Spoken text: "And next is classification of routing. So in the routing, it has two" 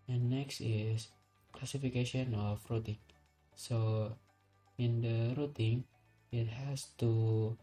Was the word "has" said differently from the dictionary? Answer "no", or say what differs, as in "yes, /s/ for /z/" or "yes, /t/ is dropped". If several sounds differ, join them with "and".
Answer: yes, /s/ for /z/